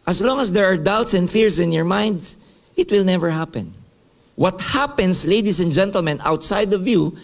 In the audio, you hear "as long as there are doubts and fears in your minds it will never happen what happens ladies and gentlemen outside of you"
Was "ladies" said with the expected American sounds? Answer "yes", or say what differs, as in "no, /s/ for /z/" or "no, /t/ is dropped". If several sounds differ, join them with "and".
no, /s/ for /z/